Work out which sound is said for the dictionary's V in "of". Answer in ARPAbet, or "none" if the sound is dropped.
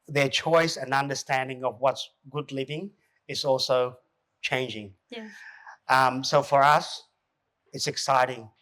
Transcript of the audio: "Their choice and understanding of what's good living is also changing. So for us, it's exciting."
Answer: V